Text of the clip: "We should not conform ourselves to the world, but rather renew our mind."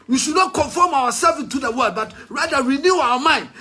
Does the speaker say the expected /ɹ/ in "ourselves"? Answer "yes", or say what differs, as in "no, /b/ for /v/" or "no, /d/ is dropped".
no, /w/ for /ɹ/